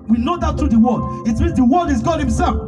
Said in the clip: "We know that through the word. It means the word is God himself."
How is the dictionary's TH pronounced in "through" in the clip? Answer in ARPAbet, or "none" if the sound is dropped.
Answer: T